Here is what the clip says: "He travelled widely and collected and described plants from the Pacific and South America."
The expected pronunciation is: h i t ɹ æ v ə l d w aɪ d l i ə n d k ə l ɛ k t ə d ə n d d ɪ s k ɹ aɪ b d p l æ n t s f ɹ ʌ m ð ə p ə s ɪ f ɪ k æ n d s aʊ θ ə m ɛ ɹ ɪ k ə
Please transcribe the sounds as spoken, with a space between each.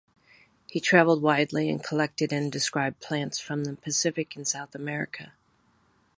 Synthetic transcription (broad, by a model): h i t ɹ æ v l d w aɪ d l i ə n k ə l ɛ k t ə d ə n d d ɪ s k ɹ aɪ b p l æ n t s f ɹ ʌ m ð ə p ə s ɪ f ɪ k n s aʊ θ ə m ɛ ɹ ɪ k ə